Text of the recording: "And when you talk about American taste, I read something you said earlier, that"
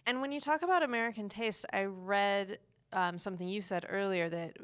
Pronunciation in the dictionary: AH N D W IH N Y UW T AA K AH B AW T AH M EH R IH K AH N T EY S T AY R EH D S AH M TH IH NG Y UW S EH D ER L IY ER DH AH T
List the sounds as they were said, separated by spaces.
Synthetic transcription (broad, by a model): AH N W IH N Y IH T AA K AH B AW T AH M EH R IH K AH N T EY S T AY R EH D S AH M TH IH NG Y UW S EH D ER L IY ER DH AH T